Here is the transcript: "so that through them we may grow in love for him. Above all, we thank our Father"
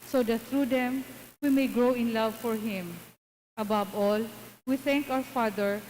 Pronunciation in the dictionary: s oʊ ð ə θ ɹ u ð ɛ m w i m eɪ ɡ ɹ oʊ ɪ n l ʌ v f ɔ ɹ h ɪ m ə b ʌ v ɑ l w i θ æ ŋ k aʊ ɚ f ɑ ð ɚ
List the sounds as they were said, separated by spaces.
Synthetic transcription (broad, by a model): s oʊ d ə t ɹ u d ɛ m w i m eɪ ɡ ɹ oʊ ɪ n l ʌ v f ɔ ɹ h ɪ m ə b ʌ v ɑ l w i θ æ ŋ k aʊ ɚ f ɑ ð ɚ